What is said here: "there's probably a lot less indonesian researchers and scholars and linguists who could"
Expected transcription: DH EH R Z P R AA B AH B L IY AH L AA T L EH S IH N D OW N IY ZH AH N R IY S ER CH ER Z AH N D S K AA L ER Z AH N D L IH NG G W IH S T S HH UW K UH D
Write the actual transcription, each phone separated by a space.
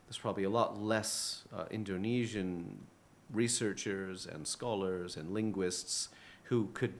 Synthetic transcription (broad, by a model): DH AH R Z P R AA B AH B L IY AH L AA T L EH S IH N D OW N IY ZH AH N R IY S ER CH ER Z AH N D S K AA L ER Z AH N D L IH NG G W IH S T S HH UW K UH D